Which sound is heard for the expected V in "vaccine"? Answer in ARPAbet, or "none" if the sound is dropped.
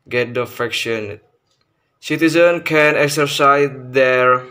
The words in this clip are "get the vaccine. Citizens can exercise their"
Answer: F